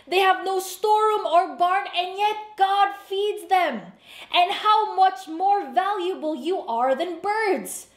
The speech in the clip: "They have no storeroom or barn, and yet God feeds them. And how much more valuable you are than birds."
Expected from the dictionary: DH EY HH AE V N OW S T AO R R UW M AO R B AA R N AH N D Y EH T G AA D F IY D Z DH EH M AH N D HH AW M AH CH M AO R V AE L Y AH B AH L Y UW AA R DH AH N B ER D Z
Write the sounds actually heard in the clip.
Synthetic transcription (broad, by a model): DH EY HH AE V N OW S T AO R R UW M AO R B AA R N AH N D Y EH T G AA D F IY D Z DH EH M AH N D HH AW M AH CH M AO R V AE L Y AH B AH L Y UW AA R DH AH N B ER D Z